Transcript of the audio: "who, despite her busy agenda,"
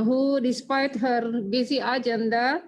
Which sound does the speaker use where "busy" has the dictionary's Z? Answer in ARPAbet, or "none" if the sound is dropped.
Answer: S